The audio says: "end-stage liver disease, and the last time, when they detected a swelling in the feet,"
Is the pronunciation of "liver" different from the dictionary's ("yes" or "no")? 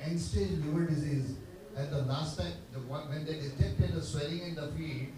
yes